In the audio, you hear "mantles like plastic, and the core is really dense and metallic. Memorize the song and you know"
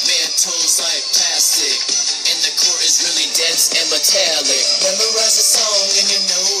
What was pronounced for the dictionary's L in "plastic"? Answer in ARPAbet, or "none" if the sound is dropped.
none